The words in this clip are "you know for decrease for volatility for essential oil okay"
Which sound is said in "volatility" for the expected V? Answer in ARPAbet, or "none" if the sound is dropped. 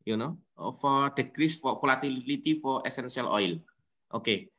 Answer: F